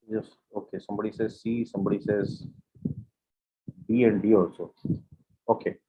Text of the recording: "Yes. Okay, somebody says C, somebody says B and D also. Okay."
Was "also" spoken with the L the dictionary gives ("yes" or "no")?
no